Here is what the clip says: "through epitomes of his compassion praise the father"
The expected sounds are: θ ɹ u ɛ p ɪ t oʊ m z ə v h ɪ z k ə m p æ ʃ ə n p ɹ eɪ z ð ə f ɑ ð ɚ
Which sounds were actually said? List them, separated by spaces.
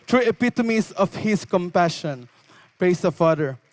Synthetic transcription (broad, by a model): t ɹ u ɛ p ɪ t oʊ m s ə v h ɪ s k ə m p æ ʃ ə n p ɹ eɪ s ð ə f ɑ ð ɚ